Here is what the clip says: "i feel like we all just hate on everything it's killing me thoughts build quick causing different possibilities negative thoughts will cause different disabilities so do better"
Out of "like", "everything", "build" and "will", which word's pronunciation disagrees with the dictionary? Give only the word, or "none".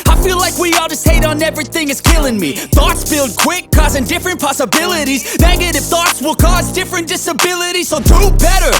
none